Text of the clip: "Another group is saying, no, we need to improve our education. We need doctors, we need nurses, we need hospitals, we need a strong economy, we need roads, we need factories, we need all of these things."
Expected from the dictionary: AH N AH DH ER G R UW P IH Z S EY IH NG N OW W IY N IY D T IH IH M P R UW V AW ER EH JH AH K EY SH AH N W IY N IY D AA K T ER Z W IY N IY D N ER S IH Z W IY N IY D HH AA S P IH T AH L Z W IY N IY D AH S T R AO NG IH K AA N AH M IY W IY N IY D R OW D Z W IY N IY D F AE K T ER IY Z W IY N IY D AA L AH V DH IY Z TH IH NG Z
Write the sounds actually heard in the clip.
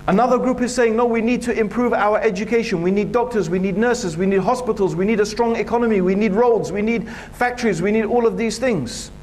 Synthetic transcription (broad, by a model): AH N AH DH ER G R UW P IH Z S EY IH NG N OW W IY N IY D T IH IH M P R UW V AW ER EH JH AH K EY SH AH N W IY N IY D AA K T ER Z W IY N IY D N ER S IH Z W IY N IY D HH AA S P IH T L Z W IY N IY D AH S T R AO NG IH K AA N AH M IY W IY N IY D R OW D Z W IY N IY D F AE K T ER IY Z W IY N IY D AA L AH V DH IY Z TH IH NG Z